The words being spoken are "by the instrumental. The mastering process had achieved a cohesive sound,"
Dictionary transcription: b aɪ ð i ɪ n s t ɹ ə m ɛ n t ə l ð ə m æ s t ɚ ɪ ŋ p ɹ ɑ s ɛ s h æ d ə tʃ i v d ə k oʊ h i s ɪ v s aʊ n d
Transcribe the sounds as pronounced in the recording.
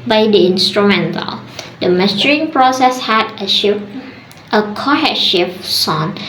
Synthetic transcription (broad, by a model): b aɪ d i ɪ n s t ɹ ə m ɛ n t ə l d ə m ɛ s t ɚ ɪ ŋ p ɹ ɑ s ɛ s h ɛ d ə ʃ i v ə k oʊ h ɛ ʃ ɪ f s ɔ n